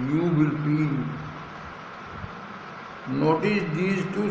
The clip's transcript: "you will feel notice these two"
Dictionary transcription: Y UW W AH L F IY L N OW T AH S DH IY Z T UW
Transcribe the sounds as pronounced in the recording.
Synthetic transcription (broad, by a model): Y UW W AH L P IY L N OW T AH S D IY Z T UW